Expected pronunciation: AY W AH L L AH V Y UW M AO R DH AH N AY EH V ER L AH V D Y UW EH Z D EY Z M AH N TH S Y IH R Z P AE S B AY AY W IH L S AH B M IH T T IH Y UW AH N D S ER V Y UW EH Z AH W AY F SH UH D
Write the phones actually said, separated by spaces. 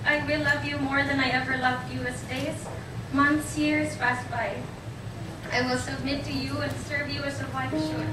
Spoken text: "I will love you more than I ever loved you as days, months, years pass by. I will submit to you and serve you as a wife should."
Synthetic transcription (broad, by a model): AY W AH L L AH V Y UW M AO R DH AH N AY EH V ER L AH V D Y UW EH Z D EY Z M AH N TH S Y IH R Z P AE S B AY AY W IH L S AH B M IH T T IH Y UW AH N S ER V Y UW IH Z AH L AY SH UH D